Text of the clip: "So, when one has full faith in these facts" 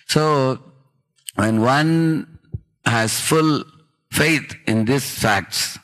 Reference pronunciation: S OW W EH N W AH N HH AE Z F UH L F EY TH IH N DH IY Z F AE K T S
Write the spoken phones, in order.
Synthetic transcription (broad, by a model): S OW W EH N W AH N HH AE Z F UH L F EY T IH N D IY S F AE K T S